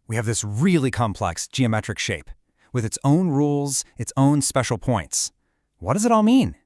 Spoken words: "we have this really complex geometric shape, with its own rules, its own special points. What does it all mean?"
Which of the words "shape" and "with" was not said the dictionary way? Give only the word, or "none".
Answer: none